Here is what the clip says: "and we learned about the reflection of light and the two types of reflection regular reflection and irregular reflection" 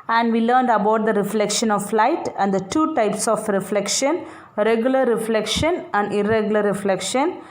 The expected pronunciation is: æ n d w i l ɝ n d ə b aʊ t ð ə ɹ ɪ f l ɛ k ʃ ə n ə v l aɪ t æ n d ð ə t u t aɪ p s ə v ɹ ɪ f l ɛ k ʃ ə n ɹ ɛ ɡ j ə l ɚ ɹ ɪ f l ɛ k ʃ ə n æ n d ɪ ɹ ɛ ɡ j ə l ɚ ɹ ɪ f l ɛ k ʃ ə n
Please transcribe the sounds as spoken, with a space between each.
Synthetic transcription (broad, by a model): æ n d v i l ɝ n d ə b aʊ t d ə ɹ ɪ f l ɛ k ʃ ə n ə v l aɪ t æ n d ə t u t aɪ p s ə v ɹ ɪ f l ɛ k ʃ ə n ɹ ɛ ɡ j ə l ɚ ɹ ɪ f l ɛ k ʃ ə n æ n d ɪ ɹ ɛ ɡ j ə l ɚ ɹ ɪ f l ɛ k ʃ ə n